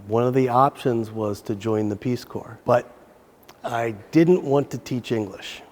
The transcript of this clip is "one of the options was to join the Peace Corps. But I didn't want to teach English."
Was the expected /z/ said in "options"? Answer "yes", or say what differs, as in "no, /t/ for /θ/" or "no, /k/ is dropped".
yes